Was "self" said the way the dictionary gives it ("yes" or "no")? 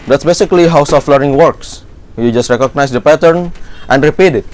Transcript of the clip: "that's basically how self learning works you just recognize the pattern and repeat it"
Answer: no